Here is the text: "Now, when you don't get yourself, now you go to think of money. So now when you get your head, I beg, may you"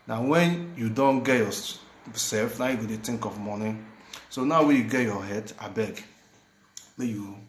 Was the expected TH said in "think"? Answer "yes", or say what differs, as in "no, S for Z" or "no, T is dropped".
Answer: no, T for TH